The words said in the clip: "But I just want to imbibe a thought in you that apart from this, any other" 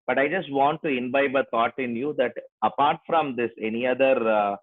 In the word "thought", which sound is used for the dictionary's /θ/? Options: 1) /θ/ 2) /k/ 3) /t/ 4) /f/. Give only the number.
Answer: 3